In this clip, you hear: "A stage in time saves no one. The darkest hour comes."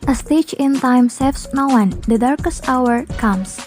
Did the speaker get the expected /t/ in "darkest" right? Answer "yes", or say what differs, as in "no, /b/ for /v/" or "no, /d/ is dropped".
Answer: yes